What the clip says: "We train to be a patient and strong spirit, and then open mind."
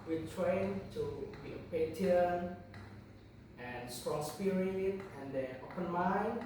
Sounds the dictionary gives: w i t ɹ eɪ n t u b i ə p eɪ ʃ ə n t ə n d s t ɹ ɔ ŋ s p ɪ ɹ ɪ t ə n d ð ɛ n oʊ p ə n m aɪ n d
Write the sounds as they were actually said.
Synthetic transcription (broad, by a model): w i t ɹ eɪ n t u b i ə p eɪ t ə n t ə n s t ɹ ɔ ŋ s p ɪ ɹ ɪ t ə n d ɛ oʊ p ə n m aɪ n